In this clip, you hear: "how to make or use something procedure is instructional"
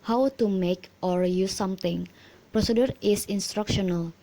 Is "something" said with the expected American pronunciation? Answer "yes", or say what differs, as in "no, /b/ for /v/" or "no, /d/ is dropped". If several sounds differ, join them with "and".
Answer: no, /t/ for /θ/